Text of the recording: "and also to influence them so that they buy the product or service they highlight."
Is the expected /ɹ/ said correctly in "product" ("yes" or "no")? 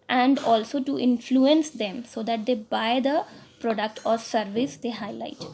yes